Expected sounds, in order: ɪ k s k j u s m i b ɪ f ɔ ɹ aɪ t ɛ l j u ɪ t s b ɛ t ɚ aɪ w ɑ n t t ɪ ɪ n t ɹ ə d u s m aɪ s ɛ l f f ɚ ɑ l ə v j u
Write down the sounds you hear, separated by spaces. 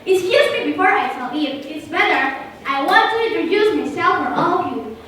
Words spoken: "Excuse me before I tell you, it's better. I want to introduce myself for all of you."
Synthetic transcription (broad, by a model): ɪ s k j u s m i b ɪ f ɔ ɹ aɪ s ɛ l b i ɪ t s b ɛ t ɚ aɪ w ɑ n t t ɪ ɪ n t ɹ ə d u s m aɪ s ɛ l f f ɚ ɑ l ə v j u